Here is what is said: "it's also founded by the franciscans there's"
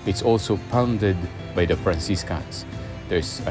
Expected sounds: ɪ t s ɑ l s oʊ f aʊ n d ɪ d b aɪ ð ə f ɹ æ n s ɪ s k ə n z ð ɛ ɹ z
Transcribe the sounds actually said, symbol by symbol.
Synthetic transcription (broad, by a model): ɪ t s ɑ l s oʊ p aʊ n d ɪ d b aɪ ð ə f ɹ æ n s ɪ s k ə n s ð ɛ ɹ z